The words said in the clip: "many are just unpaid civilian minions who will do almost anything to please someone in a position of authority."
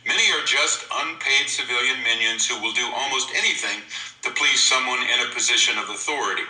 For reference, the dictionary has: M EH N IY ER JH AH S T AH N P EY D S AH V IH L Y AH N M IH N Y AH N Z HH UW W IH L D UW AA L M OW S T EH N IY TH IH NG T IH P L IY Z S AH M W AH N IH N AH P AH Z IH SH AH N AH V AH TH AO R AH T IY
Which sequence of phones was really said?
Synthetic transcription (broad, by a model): M EH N IY ER JH AH S T AH N P EY D S AH V IH L Y AH N M IH N Y AH N Z HH UW W IH L D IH AA L M OW S T EH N IY TH IH NG T IH P L IY Z S AH M W AH N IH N AH P AH Z IH SH AH N AH V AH TH AO R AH T IY